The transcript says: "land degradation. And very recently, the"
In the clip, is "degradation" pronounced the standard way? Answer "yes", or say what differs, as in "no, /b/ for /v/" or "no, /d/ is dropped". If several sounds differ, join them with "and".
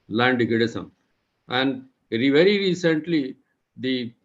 no, /ɹ/ is dropped and /s/ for /ʃ/